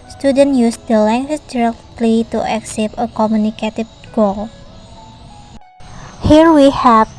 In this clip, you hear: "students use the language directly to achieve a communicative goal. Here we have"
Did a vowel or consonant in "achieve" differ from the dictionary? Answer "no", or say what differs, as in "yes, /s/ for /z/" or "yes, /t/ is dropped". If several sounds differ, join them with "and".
yes, /s/ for /tʃ/